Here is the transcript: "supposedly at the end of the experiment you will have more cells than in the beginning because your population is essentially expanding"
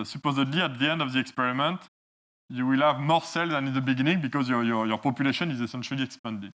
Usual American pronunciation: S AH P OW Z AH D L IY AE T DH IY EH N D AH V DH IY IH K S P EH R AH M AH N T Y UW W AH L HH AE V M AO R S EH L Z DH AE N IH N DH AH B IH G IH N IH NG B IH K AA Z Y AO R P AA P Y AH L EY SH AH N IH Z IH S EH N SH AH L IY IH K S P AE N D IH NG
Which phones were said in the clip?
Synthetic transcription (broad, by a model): S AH P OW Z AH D L IY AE T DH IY EH N D AH V DH IY IH K S P EH R AH M AH N T Y UW W AH L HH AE V M AO R S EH L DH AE N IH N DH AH B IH G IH N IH NG B IH K AA Z Y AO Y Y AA P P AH L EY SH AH N IH Z IH S EH N SH AH L IY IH K S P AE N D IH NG